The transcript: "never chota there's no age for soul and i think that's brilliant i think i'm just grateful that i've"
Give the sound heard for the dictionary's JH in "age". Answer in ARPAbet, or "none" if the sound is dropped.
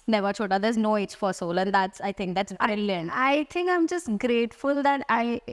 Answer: CH